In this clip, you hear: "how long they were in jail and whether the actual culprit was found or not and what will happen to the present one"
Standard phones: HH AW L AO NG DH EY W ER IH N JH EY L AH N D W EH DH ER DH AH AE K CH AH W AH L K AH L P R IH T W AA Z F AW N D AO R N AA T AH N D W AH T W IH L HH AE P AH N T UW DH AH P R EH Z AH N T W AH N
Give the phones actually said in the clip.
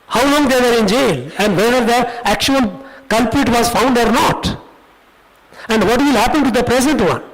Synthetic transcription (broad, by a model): HH AW L AO NG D EY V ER IH N JH EY L AH N D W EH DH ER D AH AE K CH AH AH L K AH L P IH T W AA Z F AW N D AO R N AA T AH N D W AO T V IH L HH AE P AH N T UW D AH P R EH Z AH N T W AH N